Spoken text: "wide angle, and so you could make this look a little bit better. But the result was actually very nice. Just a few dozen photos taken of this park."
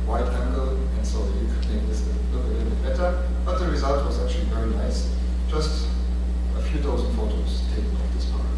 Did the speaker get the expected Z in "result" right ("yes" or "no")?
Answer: yes